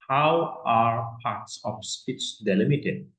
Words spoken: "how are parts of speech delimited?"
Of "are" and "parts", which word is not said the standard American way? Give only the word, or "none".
none